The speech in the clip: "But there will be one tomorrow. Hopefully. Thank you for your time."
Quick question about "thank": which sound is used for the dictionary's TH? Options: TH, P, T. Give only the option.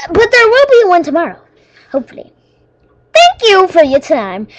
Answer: TH